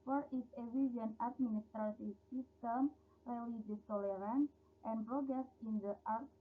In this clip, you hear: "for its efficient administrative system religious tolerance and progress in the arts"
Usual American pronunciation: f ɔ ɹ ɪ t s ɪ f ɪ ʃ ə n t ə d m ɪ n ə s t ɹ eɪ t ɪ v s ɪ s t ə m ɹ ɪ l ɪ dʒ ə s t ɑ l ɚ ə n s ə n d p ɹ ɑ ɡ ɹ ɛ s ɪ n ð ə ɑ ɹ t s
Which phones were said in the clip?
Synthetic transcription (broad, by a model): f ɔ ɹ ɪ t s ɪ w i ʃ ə n ə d m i n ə s t ɹ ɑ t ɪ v s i s t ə m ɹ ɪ l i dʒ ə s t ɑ l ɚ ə n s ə n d p ɹ ɑ ɡ ɹ ɛ s ɪ n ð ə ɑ ɹ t